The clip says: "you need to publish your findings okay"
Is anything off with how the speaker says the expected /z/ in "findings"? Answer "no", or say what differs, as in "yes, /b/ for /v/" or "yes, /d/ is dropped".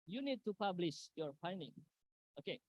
yes, /z/ is dropped